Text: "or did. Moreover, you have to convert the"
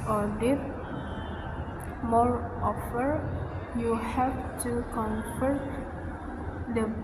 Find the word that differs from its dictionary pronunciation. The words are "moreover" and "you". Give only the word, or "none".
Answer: moreover